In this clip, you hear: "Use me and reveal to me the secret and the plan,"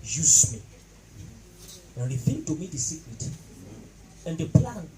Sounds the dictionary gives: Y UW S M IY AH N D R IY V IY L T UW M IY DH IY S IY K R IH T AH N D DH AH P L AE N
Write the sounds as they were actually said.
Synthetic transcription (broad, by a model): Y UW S M IY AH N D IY F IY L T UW M IY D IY S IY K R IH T AH N D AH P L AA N